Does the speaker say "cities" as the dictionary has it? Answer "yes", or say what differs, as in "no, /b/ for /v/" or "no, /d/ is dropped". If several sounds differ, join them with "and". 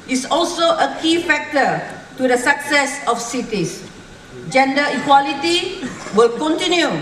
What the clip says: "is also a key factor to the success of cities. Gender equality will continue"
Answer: no, /s/ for /z/